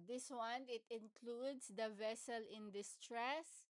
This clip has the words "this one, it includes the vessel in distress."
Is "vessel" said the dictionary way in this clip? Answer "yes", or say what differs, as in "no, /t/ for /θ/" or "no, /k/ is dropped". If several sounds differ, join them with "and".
yes